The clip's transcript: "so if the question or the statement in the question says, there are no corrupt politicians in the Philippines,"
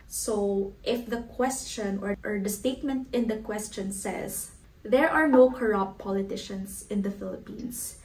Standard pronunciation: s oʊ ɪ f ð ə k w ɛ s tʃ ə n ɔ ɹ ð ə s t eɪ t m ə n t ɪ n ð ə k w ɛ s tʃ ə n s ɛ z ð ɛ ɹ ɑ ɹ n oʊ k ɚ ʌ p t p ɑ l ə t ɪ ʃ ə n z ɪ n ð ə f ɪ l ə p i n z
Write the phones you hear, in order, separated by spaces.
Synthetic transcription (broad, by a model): s oʊ ɪ f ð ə k w ɛ s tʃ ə n ɔ ɹ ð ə s t eɪ t m ə n t ɪ n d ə k w ɛ s tʃ ə n s ɛ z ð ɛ ɹ ɑ ɹ n oʊ k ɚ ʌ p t p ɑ l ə t ɪ ʃ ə n s ɪ n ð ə f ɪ l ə p i n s